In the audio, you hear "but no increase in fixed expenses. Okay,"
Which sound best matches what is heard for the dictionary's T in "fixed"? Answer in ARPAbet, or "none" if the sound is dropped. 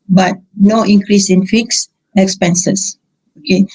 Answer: none